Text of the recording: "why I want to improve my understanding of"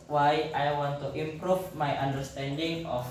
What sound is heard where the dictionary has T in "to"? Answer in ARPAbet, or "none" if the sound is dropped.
T